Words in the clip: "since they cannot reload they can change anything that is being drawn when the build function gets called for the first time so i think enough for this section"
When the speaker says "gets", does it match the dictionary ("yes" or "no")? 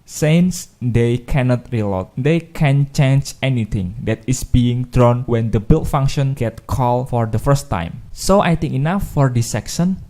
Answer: no